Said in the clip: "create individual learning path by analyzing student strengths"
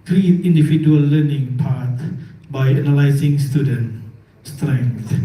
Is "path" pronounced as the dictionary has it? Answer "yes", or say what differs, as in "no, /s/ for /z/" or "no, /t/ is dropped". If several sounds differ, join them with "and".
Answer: no, /t/ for /θ/